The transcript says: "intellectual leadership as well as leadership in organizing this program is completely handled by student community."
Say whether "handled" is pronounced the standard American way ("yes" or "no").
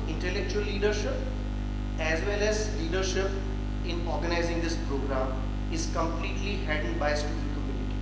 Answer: no